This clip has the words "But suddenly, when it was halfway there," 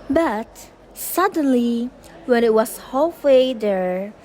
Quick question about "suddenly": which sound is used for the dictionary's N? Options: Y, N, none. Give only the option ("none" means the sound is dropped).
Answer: N